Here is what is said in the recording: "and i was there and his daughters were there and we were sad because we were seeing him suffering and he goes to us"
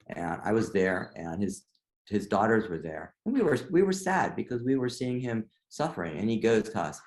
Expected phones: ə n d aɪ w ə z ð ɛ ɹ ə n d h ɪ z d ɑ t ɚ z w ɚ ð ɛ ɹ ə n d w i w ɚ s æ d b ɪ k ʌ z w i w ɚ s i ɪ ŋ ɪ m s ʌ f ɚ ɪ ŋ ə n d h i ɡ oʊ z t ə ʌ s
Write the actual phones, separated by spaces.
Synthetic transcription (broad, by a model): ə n aɪ w ə z ð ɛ ɹ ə n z h ɪ z d ɑ t ɚ z w ɚ ð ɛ ɹ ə n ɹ w i w ɚ s æ d b ɪ k ʌ z w i w ɚ s i ɪ ŋ ɪ m s ʌ f ɚ ɪ ŋ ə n i ɡ oʊ z t ə ʌ s